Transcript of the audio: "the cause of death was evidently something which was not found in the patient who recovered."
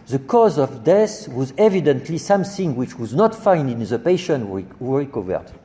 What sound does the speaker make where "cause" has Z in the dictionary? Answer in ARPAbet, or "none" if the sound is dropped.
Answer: Z